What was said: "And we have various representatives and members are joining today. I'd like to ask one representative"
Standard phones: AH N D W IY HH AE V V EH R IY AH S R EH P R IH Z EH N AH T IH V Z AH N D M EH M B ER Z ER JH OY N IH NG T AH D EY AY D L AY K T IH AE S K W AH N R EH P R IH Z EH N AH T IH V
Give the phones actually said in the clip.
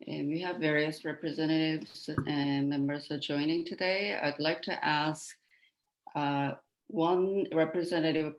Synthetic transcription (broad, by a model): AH N W IY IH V V EH R IY AH S R EH P R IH Z EH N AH T IH V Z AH N M EH M B ER Z ER JH OY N IH NG T AH D EY AY D L AY K T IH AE S K W AH N R EH P R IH Z EH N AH T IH V